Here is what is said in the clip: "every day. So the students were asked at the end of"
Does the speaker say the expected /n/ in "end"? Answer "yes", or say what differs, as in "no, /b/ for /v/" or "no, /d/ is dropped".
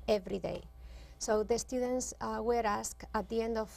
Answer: yes